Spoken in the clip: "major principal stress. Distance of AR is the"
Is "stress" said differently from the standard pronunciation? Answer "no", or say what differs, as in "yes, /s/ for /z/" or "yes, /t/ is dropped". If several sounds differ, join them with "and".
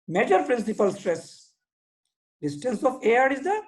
no